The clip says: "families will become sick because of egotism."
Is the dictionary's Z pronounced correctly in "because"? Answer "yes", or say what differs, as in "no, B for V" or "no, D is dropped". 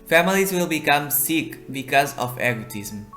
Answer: yes